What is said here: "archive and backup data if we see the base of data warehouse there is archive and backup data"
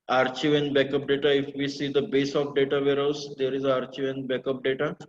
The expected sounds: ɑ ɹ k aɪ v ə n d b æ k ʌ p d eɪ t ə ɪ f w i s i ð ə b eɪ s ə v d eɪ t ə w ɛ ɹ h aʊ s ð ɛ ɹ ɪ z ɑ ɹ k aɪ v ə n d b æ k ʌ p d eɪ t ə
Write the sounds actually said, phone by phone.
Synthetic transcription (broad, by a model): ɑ ɹ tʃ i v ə n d b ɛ k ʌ p d eɪ t ə ɪ f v i s i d ə b eɪ s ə p d eɪ t ə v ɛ ɹ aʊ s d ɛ ɹ ɪ z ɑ ɹ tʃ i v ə n b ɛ k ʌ p d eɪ t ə